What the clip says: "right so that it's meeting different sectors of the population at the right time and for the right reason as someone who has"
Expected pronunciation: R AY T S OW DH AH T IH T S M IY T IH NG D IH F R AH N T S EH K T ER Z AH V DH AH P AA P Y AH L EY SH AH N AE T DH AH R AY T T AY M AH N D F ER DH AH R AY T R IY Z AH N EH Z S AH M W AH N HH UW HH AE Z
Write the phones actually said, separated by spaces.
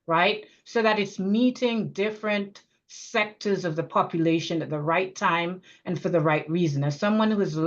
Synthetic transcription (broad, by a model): R AY T S OW DH AH T IH T S M IY T IH NG D IH F R AH N T S EH K T ER Z AH V DH AH P AA P Y AH L EY SH AH N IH T DH AH R AY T T AY M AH N F ER DH AH R AY T R IY Z AH N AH S AH M W AH N HH UW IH Z